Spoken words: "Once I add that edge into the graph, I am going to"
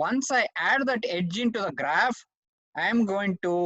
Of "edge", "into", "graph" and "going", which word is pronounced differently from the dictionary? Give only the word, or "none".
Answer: none